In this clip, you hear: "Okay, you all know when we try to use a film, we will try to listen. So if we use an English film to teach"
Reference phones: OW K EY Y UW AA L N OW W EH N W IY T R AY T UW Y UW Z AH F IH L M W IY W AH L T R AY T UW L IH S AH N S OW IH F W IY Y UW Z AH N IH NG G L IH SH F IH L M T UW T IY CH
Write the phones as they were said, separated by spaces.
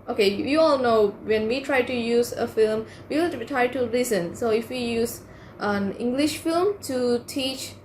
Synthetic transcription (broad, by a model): OW K EY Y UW AA L N OW W EH N W IY T R AY T UW Y UW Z AH F IH L M W IY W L T R AY T UW L IH S AH N S OW IH F W IY Y UW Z AH N IH NG G L IH SH F IH L M T UW T IY CH